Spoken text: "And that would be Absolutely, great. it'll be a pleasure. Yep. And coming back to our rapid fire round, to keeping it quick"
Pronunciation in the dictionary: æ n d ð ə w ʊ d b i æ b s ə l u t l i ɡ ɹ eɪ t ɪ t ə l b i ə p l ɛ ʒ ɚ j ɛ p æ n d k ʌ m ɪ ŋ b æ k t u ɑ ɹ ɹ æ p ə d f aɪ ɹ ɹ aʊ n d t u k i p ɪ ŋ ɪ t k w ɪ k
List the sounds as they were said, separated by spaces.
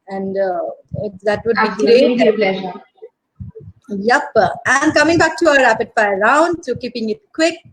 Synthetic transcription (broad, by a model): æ n d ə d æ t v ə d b i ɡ ɹ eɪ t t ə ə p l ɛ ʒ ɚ j ɛ p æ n d k ʌ m ɪ ŋ b æ k t u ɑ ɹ ɹ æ p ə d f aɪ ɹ ɹ aʊ n d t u k i p ɪ ŋ ɪ t k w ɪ k